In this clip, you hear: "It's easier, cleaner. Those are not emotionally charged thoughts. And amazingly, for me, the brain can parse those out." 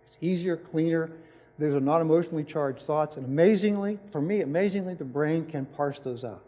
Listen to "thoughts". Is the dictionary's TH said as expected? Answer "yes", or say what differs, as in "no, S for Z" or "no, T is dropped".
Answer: yes